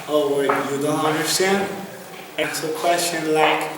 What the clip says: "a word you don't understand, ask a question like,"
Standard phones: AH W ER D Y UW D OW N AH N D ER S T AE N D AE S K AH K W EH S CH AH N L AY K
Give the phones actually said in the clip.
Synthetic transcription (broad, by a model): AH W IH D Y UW D OW N AH N D ER S T AE N D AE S AH K W EH S CH AH N L AY K